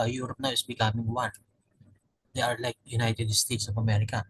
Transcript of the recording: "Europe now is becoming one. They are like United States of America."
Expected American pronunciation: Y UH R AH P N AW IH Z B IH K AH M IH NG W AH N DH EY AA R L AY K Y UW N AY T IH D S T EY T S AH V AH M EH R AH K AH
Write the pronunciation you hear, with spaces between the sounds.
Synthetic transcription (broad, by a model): Y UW R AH P N AW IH S B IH K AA M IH NG W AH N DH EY AA R L AY K Y UW N AY T IH D S T EY T S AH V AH M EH R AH K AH